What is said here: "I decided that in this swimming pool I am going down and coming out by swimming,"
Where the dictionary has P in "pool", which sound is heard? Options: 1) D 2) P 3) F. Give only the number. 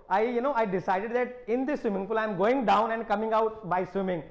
3